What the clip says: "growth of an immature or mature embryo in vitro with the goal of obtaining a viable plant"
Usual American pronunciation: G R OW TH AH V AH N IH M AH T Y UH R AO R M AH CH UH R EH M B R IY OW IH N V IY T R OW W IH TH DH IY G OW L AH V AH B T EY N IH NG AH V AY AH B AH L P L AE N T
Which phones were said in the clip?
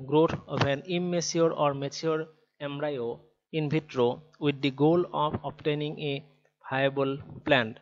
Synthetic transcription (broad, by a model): G R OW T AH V AH N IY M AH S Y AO R AO R M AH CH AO R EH M R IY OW IH N B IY T R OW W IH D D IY G OW L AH P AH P T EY N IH NG AH B AY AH B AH L P L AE N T